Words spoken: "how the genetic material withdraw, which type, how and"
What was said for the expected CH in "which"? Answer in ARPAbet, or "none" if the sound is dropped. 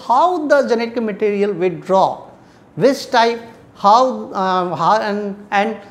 S